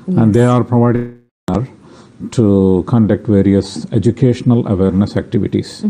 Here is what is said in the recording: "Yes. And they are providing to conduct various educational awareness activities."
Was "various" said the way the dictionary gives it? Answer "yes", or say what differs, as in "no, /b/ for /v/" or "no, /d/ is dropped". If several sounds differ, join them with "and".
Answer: yes